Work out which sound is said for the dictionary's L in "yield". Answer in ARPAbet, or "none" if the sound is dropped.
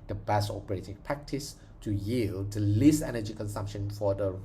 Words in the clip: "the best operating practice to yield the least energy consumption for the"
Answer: L